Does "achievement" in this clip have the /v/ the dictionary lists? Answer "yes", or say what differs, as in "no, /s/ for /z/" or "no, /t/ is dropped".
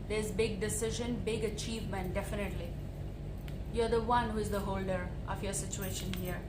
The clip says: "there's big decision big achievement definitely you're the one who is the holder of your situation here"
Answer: yes